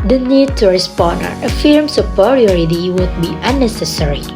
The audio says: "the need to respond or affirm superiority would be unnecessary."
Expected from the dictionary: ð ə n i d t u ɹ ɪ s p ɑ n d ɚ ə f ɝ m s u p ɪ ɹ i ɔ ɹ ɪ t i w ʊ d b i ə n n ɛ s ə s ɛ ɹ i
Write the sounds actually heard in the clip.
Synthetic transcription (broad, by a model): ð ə n i d t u ɹ ɪ s p ɑ n d ɚ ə f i m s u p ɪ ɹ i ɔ ɹ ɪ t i w ʊ d b i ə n n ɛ s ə s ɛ ɹ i